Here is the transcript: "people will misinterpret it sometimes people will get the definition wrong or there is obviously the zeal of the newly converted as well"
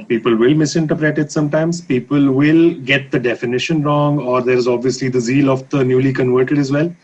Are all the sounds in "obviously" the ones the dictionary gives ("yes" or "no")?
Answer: yes